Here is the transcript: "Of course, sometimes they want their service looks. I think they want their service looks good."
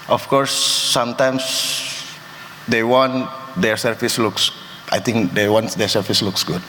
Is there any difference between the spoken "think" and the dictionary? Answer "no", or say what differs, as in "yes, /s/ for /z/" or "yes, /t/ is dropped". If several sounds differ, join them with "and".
yes, /t/ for /θ/